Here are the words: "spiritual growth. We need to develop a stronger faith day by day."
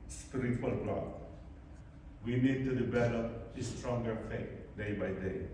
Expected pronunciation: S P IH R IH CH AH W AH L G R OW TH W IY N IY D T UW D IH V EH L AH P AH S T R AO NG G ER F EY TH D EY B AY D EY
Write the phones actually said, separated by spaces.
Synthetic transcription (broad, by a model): S P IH R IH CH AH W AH L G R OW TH W IY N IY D T UW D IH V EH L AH AH S T R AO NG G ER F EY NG D EY B AY D EY